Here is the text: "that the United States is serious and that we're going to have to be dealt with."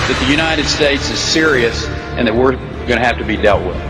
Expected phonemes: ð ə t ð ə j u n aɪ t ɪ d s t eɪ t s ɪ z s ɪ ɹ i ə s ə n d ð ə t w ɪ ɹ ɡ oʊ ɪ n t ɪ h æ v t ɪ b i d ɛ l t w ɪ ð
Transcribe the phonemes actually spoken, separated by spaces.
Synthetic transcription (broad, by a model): ð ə t ð ə j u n aɪ t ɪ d s t eɪ t s ɪ z s ɪ ɹ i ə s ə n ð ə t w ɪ ɹ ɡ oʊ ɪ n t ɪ h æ f t ɪ b i d ɛ l t w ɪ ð